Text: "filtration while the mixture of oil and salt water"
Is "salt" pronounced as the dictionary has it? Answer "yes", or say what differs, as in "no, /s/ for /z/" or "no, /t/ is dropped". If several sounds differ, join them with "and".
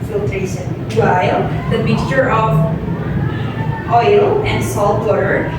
yes